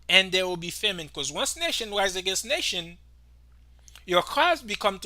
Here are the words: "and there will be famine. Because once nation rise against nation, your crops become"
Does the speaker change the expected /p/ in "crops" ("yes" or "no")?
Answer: yes